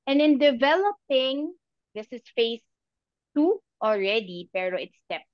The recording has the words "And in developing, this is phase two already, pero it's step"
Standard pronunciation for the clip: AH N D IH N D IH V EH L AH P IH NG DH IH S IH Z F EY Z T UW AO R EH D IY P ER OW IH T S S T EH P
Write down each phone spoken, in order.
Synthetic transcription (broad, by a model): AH N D IH N D IH V EH L AH P IH NG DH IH S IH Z F EY S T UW AO R EH D IY P ER OW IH T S S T EH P